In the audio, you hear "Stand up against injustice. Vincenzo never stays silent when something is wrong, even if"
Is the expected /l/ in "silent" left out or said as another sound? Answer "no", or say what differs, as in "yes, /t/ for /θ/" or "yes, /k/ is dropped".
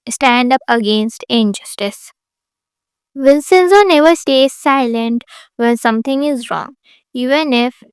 no